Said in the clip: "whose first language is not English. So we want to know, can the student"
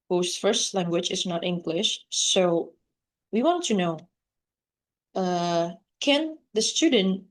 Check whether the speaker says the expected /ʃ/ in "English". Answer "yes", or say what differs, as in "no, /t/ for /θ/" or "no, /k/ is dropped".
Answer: yes